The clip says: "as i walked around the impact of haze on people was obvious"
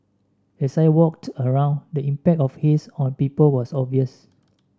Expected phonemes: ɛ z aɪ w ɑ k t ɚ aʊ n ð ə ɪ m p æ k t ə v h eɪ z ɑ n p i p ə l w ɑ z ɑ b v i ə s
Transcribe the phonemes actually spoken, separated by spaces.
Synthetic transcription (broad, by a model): ɛ s aɪ w ɑ k t ɚ aʊ n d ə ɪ m p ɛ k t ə f h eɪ s ɑ n p i p ə l w ɑ s ɑ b v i ə s